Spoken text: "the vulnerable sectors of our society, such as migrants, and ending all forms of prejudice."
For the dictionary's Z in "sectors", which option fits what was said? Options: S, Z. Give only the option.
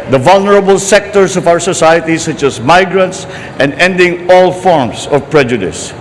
S